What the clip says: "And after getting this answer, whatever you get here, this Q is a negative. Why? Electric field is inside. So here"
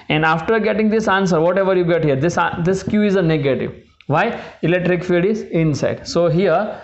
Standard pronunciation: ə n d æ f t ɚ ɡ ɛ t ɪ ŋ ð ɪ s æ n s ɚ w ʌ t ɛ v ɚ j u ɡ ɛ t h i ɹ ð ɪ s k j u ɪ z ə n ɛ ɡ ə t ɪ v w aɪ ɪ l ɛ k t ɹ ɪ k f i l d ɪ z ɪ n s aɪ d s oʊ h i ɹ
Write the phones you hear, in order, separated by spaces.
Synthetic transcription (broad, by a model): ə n d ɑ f t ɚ ɡ ɛ t ɪ ŋ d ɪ s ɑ n s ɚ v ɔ t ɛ v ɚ j u ɡ ɛ t h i ɹ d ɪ s k j u ɪ z ə n ɛ ɡ ə t ɪ v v aɪ ɪ l ɛ k t ɹ ɪ k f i d ɪ z ɪ n s aɪ d s oʊ h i ɹ